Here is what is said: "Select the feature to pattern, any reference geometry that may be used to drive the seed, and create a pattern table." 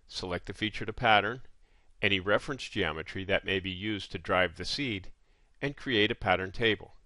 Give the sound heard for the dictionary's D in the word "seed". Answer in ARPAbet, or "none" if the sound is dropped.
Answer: D